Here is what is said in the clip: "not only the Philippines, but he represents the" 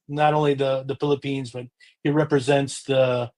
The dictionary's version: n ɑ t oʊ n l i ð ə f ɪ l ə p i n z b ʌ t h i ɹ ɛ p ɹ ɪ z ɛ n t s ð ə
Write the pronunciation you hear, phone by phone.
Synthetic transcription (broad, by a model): n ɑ t oʊ n l i ð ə f ɪ l ə p i n z b ʌ t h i ɹ ɛ p ɹ ɪ z ɛ n t s ð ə